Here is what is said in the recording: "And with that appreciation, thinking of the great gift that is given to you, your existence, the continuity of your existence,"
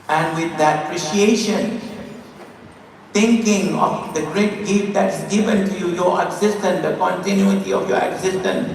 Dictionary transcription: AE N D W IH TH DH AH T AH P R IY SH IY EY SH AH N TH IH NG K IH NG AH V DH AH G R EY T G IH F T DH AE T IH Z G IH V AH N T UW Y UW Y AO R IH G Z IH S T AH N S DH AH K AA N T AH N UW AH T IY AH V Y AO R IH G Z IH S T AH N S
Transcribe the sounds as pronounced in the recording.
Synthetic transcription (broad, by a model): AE N D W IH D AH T AH P R IY SH IY EY SH AH N T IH NG K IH NG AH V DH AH G R EY T G IH F T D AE T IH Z G IH V AH N T UW Y UW Y AO R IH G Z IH S T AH N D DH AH K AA N T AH N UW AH T IY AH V Y AO R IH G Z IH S T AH N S